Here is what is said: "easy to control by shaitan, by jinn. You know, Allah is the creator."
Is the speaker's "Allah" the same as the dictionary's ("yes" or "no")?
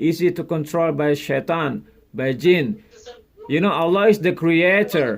yes